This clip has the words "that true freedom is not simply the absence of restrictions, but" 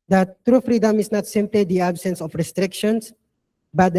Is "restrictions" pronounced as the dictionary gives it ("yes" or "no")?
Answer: no